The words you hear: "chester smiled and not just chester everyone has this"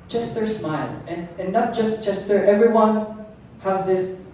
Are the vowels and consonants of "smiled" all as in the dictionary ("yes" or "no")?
no